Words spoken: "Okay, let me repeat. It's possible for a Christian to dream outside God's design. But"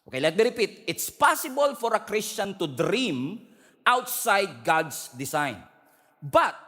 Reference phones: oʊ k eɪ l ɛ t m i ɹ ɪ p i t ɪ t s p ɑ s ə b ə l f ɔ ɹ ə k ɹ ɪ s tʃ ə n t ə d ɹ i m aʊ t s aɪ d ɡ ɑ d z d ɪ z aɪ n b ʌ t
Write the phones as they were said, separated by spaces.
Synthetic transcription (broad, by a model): oʊ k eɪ l ɛ t m i ɹ ɪ p i t ɪ t s p ɑ s ə b ə l f ɔ ɹ ə k ɹ ɪ s tʃ ə n t ə d ɹ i m aʊ t s aɪ d ɡ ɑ d s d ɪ s aɪ n b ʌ t